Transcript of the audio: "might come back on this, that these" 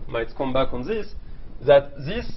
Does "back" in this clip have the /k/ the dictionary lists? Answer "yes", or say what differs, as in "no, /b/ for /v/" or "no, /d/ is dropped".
yes